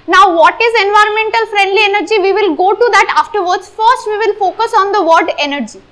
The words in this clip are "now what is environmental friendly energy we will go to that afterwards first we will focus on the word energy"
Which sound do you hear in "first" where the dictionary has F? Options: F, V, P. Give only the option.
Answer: F